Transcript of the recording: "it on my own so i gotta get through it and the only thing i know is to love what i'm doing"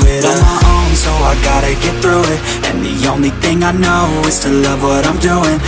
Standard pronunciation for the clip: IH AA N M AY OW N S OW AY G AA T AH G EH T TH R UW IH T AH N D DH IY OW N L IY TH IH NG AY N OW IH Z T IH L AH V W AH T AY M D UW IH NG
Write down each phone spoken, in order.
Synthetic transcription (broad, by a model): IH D M AY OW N S OW AY G AA T AH G EH T TH R UW IH T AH N DH IY OW N L IY TH IH NG AY N OW IH Z T IH L AH V W AH T AY M D UW IH NG